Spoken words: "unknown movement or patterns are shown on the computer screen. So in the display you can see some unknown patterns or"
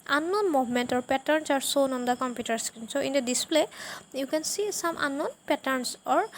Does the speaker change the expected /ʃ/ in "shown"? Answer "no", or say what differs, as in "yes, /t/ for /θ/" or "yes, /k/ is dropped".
yes, /s/ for /ʃ/